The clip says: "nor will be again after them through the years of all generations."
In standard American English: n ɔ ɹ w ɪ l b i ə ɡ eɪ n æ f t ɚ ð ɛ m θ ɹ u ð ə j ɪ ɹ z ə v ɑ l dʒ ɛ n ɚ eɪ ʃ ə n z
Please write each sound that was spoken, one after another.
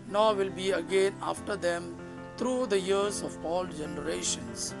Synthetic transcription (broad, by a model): n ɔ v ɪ l b i ə ɡ eɪ n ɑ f t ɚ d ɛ m t ɹ u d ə j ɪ ɹ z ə p ɑ l dʒ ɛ n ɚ eɪ ʃ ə n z